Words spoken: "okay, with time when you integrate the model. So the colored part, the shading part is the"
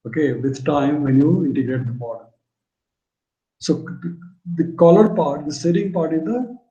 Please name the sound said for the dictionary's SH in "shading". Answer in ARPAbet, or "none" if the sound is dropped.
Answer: S